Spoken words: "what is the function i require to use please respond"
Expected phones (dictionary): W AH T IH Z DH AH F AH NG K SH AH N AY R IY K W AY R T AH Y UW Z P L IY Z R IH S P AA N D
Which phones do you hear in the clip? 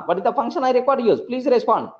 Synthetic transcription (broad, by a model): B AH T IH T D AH F AH NG K SH AH N AY R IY K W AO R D Y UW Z P L IY Z R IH S P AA N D